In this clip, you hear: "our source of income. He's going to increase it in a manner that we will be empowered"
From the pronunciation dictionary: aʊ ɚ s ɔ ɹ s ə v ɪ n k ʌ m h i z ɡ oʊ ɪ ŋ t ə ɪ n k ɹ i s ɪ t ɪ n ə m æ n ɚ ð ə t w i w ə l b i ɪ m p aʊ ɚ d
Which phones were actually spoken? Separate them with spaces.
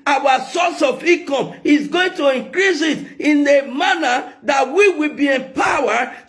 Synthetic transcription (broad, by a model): aʊ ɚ s ɔ s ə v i k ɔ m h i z ɡ oʊ ɪ ŋ t ə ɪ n k ɹ i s ɪ t ɪ n ə m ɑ n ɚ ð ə t w i w ə l b i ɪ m p aʊ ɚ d